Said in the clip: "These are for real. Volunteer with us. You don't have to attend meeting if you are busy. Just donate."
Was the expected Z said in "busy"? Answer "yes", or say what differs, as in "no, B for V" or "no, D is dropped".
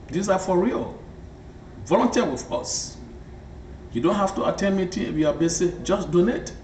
no, S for Z